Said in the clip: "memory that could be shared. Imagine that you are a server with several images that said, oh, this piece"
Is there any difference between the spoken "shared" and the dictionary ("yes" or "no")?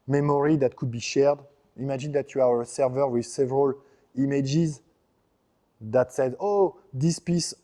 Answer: no